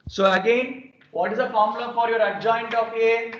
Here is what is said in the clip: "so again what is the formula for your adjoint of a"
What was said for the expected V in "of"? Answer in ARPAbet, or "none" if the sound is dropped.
P